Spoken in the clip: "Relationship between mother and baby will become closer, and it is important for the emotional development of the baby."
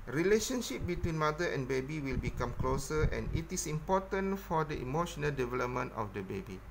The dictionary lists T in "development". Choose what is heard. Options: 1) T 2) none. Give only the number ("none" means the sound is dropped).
1